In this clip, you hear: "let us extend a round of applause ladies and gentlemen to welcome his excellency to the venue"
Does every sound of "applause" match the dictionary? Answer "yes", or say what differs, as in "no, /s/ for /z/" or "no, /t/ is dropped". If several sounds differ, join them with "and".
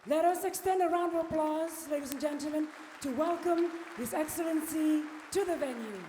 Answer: yes